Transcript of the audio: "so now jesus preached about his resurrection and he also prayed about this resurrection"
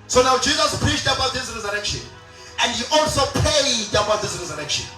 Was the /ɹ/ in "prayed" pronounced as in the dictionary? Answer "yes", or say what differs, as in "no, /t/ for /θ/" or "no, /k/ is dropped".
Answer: no, /ɹ/ is dropped